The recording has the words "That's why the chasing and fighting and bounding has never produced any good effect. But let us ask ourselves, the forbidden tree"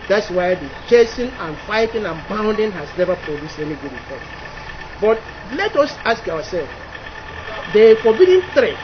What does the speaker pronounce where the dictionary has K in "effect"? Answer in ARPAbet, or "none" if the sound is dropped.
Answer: none